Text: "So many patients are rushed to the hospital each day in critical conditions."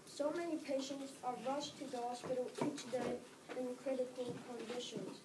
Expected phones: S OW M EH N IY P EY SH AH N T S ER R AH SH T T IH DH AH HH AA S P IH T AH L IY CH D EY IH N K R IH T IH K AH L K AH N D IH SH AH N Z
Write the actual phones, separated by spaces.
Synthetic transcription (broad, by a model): S OW M EH N IY P EY SH AH N T S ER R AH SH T T IH DH AH HH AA S P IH T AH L IY CH D EY IH N K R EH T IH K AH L K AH N D IH SH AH N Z